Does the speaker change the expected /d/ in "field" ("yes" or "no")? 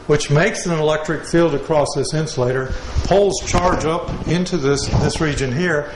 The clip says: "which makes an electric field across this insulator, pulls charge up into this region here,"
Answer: no